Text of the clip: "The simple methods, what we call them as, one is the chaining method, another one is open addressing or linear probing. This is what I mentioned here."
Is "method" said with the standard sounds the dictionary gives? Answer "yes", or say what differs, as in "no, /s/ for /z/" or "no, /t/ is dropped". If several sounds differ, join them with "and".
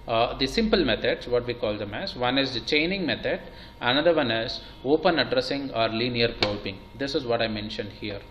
no, /t/ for /θ/